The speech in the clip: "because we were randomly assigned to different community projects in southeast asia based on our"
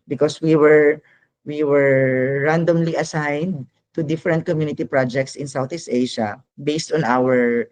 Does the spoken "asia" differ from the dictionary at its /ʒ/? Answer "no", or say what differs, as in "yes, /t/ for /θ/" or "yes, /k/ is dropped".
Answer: yes, /ʃ/ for /ʒ/